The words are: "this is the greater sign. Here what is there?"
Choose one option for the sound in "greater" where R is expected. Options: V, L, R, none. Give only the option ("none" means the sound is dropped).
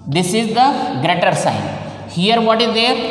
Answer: R